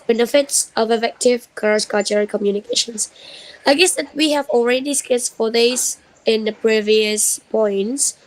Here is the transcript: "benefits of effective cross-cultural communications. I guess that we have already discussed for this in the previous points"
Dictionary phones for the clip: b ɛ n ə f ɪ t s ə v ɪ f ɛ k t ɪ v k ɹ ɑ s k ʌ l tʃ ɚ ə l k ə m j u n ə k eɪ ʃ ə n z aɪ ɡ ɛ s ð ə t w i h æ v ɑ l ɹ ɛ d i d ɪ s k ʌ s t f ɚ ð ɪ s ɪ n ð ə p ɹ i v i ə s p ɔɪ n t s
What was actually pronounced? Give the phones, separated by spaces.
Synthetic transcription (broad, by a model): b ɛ n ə f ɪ t s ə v ɪ f ɛ k t ɪ v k ɹ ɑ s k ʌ tʃ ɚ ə k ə m j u n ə k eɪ ʃ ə n s aɪ ɡ ɛ s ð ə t w i h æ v ɑ l ɹ ɛ d i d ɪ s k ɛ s f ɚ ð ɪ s ɪ n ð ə p ɹ i v i ə s p ɔɪ n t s